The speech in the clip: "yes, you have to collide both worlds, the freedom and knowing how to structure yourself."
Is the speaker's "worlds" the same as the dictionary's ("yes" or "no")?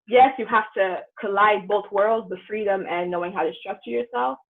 yes